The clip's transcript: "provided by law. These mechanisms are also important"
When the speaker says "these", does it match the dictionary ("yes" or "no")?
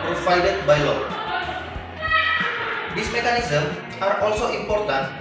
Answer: no